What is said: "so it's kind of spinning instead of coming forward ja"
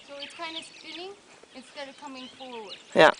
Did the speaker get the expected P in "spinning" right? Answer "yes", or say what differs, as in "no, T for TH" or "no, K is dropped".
no, F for P